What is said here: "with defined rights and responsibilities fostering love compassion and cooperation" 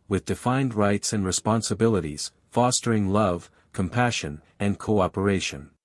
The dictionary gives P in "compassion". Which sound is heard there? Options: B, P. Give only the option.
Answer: P